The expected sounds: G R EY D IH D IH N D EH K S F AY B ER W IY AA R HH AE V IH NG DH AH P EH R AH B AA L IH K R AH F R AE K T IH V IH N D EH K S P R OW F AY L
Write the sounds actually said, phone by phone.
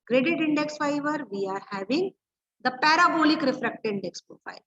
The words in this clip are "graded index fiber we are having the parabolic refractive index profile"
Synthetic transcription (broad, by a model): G R EY D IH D IH N D EH K S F AY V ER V IY AA R HH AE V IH NG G AH P EH R AH B AA L IH K R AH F R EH K T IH IH N D EH K S P R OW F AY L